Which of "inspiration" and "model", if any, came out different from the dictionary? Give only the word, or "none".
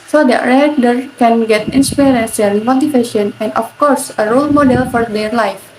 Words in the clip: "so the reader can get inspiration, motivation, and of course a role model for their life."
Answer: inspiration